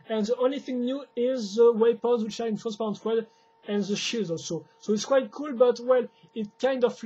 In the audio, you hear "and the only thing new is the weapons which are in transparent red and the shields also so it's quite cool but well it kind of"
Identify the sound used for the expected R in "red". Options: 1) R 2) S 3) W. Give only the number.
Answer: 3